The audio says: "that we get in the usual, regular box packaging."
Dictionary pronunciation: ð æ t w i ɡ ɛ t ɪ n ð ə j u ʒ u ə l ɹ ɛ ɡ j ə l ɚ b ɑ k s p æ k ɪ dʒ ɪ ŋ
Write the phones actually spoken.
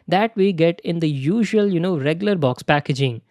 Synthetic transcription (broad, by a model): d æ t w i ɡ ɛ t ɪ n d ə j u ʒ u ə n ɹ ɛ ɡ j ə l ɚ b ɑ k s p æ k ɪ dʒ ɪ ŋ